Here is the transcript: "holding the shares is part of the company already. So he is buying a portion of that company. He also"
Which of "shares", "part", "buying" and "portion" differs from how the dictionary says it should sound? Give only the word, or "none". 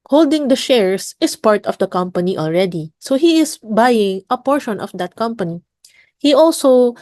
shares